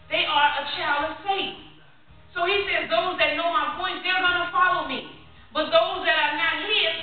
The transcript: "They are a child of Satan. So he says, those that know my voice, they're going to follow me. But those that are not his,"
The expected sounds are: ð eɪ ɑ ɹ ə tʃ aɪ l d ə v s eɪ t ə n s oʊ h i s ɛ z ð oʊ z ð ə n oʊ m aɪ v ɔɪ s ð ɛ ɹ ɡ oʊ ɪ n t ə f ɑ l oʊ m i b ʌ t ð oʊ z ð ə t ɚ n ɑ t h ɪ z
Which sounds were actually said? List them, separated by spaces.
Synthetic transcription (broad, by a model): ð eɪ ɑ ɹ ə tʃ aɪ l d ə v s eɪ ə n s oʊ h i s ɛ z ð oʊ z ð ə n oʊ m aɪ p ɔɪ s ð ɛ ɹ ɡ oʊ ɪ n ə f ɑ l oʊ m i b ʌ t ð oʊ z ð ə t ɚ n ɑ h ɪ